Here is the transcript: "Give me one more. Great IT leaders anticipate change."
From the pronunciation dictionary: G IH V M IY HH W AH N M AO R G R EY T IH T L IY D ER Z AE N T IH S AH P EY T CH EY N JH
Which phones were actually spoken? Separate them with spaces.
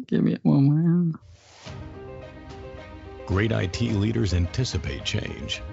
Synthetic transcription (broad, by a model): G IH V M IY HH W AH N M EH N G R EY T IH T L IY D ER Z AE N T IH S AH P EY T CH EY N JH